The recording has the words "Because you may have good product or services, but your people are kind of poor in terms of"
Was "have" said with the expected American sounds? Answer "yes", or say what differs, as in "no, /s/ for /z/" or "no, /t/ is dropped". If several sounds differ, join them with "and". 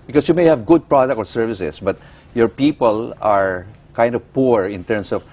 yes